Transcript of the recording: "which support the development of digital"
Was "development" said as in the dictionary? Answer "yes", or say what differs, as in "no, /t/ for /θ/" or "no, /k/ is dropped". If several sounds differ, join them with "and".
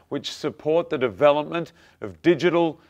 yes